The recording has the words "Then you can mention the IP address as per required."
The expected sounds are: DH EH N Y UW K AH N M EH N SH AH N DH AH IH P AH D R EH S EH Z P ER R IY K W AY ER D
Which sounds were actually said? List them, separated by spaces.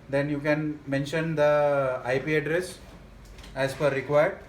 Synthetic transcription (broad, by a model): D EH N Y UW K AH N M EH N SH AH N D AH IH P AH D R EH S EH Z F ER R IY K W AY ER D